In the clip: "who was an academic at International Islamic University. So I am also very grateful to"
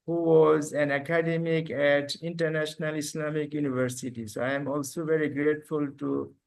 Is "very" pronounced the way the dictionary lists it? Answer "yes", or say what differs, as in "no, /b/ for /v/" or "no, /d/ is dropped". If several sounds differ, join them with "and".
yes